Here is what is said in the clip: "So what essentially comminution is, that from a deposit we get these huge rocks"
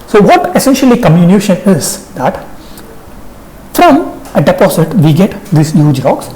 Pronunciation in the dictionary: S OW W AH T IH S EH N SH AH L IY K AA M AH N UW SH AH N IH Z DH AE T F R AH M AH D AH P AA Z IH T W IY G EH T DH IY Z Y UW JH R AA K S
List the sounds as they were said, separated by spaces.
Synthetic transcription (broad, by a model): S OW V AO T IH S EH N SH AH L IY K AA M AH N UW SH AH N IH Z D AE T F R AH M AH D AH P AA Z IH T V IY G EH T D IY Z Y UW JH R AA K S